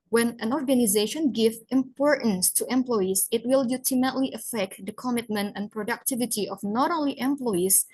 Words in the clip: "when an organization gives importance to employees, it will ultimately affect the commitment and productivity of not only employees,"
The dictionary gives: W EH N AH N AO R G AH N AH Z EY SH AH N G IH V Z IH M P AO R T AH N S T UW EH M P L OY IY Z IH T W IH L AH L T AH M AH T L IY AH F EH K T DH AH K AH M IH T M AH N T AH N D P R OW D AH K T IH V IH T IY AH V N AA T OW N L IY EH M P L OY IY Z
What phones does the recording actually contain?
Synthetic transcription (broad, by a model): W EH N AH N AO R G AH N AH Z EY SH AH N G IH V IH M P AO R T AH N S T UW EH M P L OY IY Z IH T W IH L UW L T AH M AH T L IY AH F EH K T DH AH K AH M IH T M AH N T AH N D P R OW D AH K T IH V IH T IY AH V N AA T OW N L IY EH M P L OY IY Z